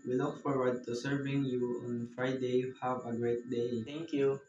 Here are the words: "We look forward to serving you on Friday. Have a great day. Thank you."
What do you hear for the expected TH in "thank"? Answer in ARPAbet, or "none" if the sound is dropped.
T